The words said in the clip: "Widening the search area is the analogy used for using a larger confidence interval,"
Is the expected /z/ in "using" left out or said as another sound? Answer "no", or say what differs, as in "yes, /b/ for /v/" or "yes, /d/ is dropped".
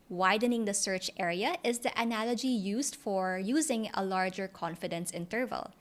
no